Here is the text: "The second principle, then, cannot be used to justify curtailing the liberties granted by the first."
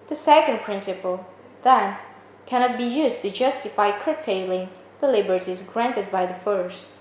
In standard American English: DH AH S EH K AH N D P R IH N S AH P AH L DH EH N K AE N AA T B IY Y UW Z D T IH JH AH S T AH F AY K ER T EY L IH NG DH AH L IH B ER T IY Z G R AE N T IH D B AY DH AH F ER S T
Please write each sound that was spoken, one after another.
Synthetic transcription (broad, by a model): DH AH S EH K AH N D P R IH N S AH P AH L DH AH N K AE N AA T B IY Y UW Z T IH JH AH S T AH F AY K ER T EY L IH NG DH AH L IH B ER T IY Z G R AE N T IH D B AY DH AH F ER S T